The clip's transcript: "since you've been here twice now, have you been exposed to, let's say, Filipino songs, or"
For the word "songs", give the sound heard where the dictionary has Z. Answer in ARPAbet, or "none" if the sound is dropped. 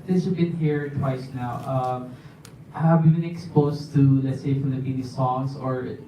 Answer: S